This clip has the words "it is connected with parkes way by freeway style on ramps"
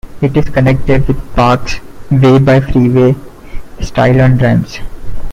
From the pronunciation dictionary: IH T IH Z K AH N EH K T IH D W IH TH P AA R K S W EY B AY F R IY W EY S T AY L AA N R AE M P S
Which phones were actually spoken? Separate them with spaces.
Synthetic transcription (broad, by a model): IH T IH Z K AH N EH K T IH D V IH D P AA R K S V EY B AY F R IY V EY S T AY L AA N R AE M S